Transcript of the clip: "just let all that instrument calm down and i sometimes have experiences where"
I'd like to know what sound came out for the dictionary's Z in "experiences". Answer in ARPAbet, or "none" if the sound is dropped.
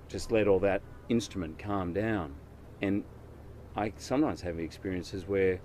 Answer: Z